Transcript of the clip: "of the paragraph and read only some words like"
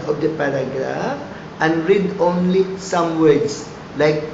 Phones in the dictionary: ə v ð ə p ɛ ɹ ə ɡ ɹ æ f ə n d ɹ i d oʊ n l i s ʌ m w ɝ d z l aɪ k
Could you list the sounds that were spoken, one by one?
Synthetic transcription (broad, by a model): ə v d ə p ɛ ɹ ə ɡ ɹ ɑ f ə n ɹ i d oʊ n l i s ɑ m w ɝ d s l aɪ k